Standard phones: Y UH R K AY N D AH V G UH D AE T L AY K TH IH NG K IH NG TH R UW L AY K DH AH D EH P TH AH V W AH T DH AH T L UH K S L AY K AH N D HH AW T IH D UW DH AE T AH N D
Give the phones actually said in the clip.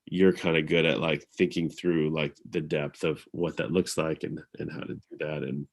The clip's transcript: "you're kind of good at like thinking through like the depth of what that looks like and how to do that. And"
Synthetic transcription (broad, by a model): Y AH R K AY N D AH G UH D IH T L AY K TH IH NG K IH NG TH R UW L AY K DH AH D EH P TH AH V W AH T DH AH T L UH K S L AY K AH N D HH AW T IH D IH DH AE T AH N